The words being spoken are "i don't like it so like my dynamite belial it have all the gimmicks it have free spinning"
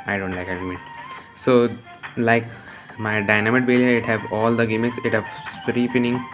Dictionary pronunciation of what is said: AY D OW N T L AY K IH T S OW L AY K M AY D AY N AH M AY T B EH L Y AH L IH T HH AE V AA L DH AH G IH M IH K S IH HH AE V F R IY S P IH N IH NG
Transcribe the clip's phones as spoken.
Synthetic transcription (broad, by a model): AY D OW N T L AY K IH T S OW L AY K M AY D AY N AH M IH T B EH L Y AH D IH T HH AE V AA L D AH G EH M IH K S IH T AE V P R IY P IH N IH NG